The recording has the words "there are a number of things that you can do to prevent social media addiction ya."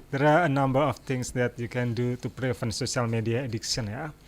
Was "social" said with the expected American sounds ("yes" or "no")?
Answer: no